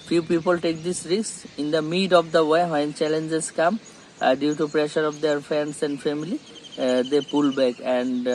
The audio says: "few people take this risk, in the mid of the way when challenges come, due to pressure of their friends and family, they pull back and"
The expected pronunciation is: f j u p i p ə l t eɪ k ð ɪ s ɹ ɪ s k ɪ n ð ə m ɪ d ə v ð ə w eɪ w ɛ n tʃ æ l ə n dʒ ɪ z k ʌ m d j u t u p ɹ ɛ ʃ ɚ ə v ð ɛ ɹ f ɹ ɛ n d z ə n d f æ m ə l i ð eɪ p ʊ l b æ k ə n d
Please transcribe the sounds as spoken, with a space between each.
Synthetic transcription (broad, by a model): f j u p i p ə l t eɪ k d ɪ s ɹ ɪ s ɪ n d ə m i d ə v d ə w eɪ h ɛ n tʃ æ l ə n dʒ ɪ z k ʌ m d j u t u p ɹ ɛ ʃ ɚ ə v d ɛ ɹ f ɹ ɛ n d s ə n d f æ m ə l i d eɪ p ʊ l b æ k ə n d